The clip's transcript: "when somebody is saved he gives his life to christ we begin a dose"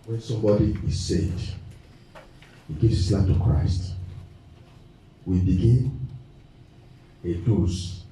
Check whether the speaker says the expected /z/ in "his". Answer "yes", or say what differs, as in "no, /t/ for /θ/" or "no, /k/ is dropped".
no, /s/ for /z/